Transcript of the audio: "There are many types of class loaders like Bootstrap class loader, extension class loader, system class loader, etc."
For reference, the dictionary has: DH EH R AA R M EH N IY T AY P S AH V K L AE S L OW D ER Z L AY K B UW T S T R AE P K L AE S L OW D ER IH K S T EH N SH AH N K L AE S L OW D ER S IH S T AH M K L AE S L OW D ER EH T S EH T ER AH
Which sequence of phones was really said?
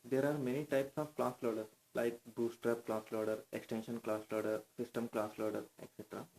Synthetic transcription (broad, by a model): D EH R AA R M EH N IY T AY P S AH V K L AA S L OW D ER S L AY K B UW S T R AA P K L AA S L OW D ER IH K S T EH N SH AH N K L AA S L OW D ER S IH S T AH M K L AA S L OW D ER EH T S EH T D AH